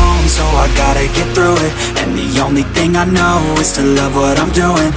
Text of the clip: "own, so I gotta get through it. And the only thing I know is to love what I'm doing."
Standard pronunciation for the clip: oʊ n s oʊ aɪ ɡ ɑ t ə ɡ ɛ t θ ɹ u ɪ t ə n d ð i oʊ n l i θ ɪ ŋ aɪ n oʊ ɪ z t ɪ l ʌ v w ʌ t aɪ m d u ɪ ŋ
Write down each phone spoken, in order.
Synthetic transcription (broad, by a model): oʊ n s oʊ aɪ ɡ ɑ t ə ɡ ɛ t θ ɹ u ɪ t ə n ð i oʊ n l i θ ɪ ŋ aɪ n oʊ ɪ z t ɪ l ʌ v w ʌ t aɪ m d u ɪ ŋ